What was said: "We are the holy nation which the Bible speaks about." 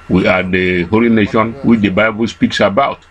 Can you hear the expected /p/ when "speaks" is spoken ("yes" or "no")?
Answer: yes